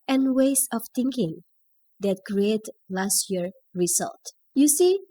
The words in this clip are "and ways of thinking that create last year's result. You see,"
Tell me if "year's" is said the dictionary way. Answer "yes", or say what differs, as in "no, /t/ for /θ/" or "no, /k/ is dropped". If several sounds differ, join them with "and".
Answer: no, /z/ is dropped